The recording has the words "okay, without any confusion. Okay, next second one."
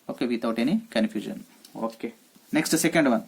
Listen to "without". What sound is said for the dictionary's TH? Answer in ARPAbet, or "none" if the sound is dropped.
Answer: T